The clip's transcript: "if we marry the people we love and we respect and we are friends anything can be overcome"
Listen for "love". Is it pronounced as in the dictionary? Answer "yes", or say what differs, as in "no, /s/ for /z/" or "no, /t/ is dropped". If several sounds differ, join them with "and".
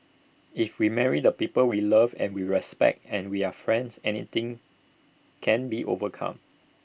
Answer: yes